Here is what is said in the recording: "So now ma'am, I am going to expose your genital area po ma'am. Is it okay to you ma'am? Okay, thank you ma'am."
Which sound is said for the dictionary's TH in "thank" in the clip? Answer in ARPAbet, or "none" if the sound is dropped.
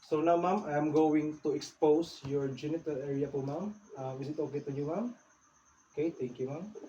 T